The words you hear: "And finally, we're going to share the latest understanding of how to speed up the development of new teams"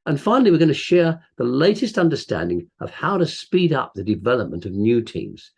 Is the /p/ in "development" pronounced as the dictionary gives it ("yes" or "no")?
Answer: yes